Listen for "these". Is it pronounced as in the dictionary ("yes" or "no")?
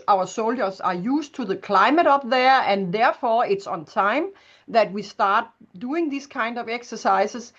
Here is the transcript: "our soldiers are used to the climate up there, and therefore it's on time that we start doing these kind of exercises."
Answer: no